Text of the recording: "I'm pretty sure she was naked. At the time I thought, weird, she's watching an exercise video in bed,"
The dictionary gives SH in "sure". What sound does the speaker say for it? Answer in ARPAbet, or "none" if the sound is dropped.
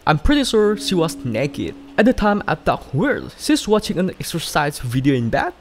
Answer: S